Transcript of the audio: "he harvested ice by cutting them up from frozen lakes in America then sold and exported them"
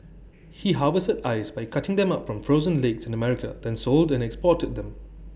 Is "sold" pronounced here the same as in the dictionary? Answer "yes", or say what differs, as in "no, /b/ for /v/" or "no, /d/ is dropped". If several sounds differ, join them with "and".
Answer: yes